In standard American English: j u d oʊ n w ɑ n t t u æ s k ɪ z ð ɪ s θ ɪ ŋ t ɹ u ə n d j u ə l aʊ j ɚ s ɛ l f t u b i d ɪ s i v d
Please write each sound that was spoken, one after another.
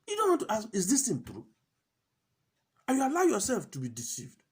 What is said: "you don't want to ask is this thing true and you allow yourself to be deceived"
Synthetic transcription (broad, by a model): j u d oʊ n w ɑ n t t u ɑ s ɪ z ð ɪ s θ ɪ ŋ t ɹ u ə j u ə l aʊ j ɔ s ɛ l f t u b i d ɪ s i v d